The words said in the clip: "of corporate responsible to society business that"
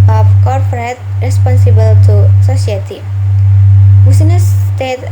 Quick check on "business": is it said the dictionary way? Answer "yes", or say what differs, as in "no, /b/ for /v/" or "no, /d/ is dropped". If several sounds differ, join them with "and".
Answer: no, /s/ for /z/